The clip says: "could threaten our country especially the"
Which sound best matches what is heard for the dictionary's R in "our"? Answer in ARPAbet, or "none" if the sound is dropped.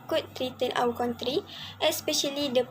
W